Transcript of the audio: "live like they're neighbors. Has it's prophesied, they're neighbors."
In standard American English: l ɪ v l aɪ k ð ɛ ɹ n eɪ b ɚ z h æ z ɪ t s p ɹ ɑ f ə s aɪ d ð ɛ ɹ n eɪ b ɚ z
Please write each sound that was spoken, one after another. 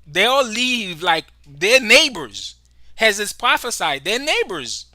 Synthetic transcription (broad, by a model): l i v l aɪ k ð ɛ ɹ n eɪ b ɚ z h æ z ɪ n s p ɹ ɑ f ə s aɪ d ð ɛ ɹ n eɪ b ɚ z